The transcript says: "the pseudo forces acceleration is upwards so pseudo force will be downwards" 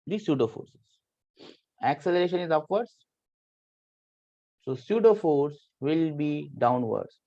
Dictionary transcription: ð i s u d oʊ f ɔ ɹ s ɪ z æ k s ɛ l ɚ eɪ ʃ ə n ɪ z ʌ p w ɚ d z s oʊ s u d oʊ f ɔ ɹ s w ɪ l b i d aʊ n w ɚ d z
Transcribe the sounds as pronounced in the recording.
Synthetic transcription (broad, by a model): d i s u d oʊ f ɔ ɹ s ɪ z æ k s ɛ l ɚ eɪ ʃ ə n ɪ z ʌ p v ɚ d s s oʊ s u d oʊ f ɔ ɹ s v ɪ l b i d aʊ n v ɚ d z